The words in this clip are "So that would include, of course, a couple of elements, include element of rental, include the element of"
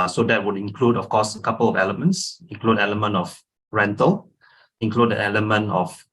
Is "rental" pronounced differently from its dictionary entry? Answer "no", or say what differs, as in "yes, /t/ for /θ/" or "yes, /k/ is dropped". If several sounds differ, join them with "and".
no